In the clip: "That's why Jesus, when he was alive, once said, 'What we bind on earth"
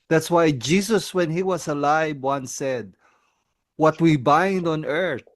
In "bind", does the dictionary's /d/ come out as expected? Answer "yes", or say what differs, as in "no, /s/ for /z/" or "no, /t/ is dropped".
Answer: yes